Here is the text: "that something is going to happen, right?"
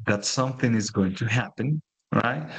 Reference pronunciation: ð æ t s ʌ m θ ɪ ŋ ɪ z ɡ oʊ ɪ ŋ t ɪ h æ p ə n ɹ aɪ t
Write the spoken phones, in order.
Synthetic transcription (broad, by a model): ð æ t s ʌ m θ ɪ ŋ ɪ z ɡ oʊ ɪ ŋ t ɪ h æ p ə n ɹ aɪ t